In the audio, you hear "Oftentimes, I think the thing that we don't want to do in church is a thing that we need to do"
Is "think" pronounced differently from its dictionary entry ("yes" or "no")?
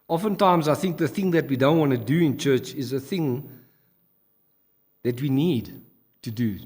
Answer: no